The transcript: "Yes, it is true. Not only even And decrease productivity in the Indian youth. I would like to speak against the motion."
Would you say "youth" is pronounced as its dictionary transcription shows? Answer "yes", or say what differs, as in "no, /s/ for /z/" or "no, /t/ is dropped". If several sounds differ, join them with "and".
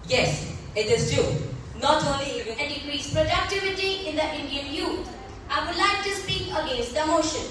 no, /t/ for /θ/